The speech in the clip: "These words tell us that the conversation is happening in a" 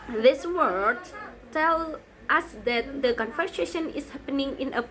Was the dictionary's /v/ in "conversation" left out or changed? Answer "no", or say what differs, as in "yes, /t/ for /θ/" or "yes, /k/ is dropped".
yes, /f/ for /v/